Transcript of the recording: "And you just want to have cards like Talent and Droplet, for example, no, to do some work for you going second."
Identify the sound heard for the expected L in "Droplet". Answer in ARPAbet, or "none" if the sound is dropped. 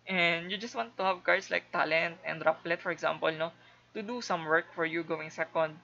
L